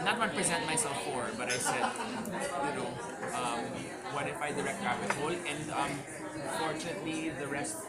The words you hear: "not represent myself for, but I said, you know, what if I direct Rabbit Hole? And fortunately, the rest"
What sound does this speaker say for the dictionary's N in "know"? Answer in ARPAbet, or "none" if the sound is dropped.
L